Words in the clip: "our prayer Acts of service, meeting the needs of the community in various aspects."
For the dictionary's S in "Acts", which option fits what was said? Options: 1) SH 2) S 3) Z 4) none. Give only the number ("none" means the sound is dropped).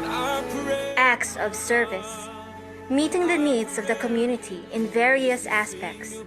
2